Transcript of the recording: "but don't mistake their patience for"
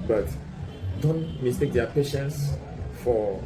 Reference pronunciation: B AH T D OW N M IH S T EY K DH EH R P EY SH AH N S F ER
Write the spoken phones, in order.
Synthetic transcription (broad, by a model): B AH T D OW N M IH S T EY K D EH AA P EY SH AH N S F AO